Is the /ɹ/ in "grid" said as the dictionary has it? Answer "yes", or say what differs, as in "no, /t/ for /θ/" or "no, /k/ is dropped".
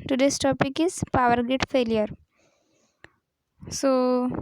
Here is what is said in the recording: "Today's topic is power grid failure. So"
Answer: no, /ɹ/ is dropped